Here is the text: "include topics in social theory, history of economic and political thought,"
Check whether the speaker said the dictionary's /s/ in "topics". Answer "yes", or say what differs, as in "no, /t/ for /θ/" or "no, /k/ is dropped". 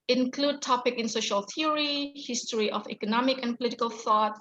no, /s/ is dropped